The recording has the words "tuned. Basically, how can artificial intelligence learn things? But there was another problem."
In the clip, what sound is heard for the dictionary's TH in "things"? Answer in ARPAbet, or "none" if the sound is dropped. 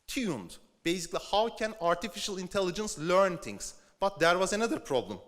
T